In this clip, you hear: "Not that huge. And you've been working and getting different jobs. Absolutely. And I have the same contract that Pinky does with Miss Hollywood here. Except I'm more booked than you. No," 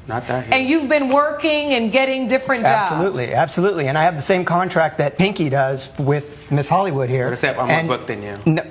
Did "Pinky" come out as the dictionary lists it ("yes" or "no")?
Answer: yes